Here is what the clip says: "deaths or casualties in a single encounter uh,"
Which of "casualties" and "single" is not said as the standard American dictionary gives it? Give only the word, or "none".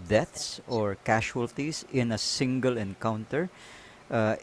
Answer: casualties